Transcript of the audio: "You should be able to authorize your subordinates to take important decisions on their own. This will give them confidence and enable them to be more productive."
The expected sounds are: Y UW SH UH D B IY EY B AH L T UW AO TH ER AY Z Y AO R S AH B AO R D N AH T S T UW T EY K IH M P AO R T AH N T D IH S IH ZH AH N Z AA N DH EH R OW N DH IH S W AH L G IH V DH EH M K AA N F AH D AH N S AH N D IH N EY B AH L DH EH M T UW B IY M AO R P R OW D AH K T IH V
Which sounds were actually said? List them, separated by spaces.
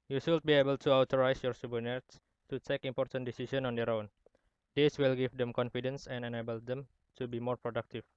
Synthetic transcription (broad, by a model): Y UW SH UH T B IY EY B AH L T UW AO T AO AY S Y AO R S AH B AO N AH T S T UW T EY K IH M P AO R T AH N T D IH S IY S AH N AA N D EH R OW N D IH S W AH L G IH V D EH M K AA N F AH D AH N S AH N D IH N EY B AH L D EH M T UW B IY M AO R P R OW D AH K T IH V